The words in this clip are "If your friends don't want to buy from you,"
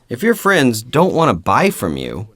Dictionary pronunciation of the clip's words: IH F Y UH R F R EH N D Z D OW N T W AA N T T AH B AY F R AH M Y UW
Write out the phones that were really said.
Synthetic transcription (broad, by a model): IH F Y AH R F R EH N D Z D OW N T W AA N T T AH B AY F R AH M Y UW